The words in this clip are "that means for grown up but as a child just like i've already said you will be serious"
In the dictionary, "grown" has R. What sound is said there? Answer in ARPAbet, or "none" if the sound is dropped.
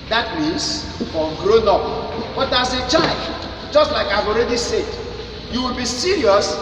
R